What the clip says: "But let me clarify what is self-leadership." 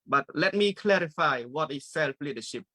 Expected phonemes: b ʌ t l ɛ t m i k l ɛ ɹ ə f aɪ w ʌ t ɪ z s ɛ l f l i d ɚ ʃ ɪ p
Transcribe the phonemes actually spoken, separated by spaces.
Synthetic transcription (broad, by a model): b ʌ t l ɛ t m i k l ɛ ɹ ə f aɪ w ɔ t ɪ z s ɛ l f l i d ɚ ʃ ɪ p